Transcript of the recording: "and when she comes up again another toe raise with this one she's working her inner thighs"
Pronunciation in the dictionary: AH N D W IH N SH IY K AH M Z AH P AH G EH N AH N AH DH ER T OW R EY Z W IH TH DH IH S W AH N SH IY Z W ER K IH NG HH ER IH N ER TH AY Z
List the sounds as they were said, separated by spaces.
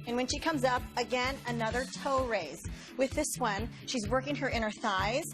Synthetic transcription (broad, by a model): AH N W IH N SH IY K AH M Z AH P AH G EH N AH N AH DH ER T OW R EY Z W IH DH IH S W AH N SH IY Z W ER K IH NG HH ER IH N ER TH AY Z